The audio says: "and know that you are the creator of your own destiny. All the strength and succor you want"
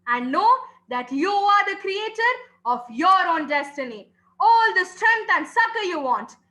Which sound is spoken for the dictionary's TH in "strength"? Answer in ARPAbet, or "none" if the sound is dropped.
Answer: T